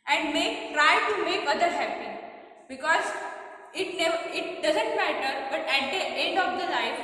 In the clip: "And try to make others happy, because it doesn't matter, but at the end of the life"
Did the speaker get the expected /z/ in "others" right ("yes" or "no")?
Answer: no